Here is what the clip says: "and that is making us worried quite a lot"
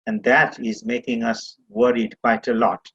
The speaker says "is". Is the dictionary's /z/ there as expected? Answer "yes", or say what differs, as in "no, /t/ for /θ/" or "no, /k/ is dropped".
yes